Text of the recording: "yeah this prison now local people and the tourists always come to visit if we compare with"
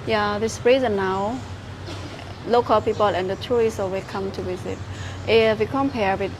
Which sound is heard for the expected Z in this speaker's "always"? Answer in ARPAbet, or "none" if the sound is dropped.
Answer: none